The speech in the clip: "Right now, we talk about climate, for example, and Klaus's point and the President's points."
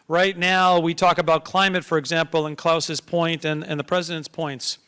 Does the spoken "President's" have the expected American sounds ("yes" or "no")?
yes